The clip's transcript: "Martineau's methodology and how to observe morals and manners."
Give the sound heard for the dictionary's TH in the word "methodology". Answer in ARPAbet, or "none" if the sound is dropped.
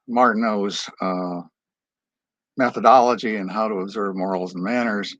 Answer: TH